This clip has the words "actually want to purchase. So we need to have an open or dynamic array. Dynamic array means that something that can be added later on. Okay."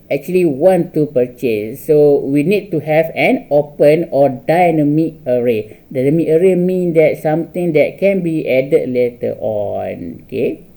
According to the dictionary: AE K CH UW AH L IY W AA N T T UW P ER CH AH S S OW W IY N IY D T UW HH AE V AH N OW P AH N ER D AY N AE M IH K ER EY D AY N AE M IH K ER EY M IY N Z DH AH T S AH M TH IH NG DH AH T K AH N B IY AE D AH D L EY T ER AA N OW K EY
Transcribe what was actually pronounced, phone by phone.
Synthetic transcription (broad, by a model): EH K CH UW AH L IY W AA N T T UW P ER CH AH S S OW W IY N IY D T UW HH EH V AH N OW P AH N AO D AY N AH M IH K ER EY D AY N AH M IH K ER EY M IY N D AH T S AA M T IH NG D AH T K AH N B IY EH D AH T L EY T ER AA N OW K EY